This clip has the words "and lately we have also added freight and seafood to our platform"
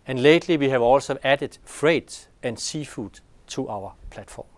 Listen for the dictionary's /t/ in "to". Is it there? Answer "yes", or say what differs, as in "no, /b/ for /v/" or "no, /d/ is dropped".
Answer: no, /s/ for /t/